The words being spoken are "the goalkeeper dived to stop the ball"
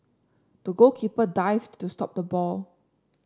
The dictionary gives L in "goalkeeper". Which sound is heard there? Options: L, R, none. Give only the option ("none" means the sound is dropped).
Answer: none